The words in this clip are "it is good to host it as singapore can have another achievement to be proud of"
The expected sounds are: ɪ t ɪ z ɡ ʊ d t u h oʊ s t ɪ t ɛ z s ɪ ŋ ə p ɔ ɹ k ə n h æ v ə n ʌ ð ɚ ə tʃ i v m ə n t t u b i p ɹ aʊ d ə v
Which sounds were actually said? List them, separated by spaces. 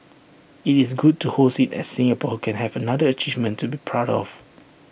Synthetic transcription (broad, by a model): ɪ t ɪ s ɡ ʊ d t u h oʊ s ɪ t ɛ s s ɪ ŋ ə p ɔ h k ə n h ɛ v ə n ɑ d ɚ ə tʃ i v m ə n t t u b i p ɹ aʊ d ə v